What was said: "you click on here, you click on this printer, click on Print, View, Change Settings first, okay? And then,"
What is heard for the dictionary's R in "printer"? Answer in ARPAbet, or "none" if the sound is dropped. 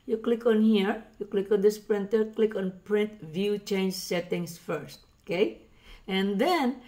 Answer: R